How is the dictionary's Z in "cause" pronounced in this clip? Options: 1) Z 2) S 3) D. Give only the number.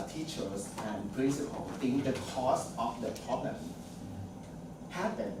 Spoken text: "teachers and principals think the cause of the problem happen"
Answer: 2